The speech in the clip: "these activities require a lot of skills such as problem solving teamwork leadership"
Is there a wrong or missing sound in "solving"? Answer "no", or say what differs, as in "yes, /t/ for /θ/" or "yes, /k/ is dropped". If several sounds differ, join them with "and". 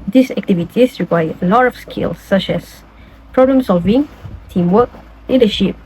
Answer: no